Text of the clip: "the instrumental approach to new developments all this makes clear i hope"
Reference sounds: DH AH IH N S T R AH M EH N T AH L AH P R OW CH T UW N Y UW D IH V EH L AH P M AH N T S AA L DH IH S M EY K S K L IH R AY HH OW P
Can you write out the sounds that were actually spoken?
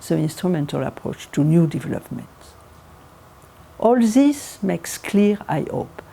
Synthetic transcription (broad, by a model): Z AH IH N S T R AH M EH N T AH L AH P R OW CH T UW N Y UW D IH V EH L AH P M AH N T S AA L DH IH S M EY K S K L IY R AY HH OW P